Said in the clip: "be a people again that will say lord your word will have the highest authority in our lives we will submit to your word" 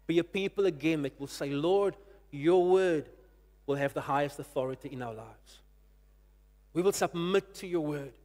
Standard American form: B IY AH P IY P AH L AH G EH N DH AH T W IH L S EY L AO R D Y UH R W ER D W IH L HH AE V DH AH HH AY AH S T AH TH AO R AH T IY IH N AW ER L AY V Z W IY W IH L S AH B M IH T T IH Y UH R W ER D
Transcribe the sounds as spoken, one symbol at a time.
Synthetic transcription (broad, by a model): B IY AH P IY P AH L AH G EH N DH AH T W IH L S EY L AO R D Y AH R W ER D W IH L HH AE V DH AH HH AY AH S T AH TH AO R AH T IY IH N AW ER L AY V Z W IY W IH L S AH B M IH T T IH Y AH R W ER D